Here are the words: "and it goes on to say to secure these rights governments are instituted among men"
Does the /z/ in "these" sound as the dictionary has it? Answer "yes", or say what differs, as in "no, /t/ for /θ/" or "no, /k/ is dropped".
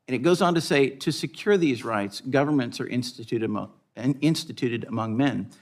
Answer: yes